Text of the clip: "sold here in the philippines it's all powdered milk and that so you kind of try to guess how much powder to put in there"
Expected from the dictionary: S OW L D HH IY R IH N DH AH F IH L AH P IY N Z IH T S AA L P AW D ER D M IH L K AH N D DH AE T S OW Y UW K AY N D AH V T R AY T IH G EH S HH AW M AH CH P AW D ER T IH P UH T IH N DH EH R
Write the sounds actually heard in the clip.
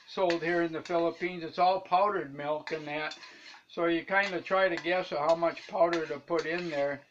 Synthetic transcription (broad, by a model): S OW L D HH IY R IH N DH AH F IH L AH P IY N Z IH T S AA L P AW D ER D M IH L K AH N DH AE T S OW Y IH K AY N D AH T R AY T IH G EH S HH AW M AH CH P AW D ER T IH P UH T IH N DH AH R